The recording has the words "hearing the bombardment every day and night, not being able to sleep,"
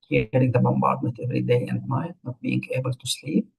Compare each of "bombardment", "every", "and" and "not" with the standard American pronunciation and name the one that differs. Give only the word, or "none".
bombardment